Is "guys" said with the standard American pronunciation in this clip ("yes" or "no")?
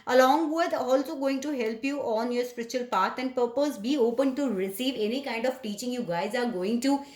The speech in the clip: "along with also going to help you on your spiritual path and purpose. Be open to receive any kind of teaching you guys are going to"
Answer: yes